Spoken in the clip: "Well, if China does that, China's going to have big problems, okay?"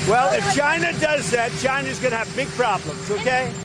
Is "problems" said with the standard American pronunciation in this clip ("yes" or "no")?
yes